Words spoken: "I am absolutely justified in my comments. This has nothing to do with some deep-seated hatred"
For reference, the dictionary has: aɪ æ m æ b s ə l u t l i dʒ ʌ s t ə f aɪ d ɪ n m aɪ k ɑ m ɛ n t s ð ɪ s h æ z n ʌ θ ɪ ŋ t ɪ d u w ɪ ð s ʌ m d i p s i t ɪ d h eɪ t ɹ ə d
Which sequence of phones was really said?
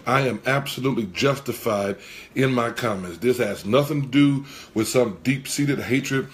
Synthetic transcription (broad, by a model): aɪ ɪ m æ b s ə l u t l i dʒ ʌ s t ə f aɪ d ɪ n m aɪ k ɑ m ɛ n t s ð ɪ s h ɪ z n ʌ θ ɪ ŋ t ɪ d u w ɪ ð s ʌ m d i p s i t ɪ d h eɪ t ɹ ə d